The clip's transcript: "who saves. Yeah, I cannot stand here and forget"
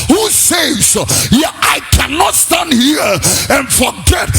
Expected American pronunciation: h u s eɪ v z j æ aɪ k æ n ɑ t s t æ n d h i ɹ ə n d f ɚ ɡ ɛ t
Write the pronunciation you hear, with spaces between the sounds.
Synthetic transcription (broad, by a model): h u s eɪ z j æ aɪ k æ n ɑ t s t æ n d h i ɹ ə n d f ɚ ɡ ɛ t